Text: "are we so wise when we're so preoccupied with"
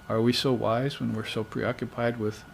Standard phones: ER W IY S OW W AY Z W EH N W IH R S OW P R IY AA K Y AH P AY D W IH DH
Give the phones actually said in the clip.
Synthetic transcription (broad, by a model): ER W IY S OW W AY Z W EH N W IH R S OW P R IY AA K Y AH P AY D W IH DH